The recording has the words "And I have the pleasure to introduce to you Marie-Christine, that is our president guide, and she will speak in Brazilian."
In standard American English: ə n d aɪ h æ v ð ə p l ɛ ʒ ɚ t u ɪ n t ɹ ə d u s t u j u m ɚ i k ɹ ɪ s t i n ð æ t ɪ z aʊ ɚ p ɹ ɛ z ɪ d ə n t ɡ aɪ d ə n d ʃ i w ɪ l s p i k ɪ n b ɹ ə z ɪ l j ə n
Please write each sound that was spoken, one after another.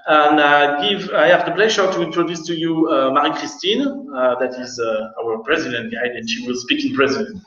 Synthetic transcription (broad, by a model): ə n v aɪ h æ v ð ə p l ɛ ʒ ɚ t u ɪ n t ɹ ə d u s t u j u m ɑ i k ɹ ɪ s t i n ð æ t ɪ z aʊ ɚ p ɹ ɛ z ɪ d ə n t ɡ aɪ d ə n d ʃ i w ɪ l s p i k ɪ n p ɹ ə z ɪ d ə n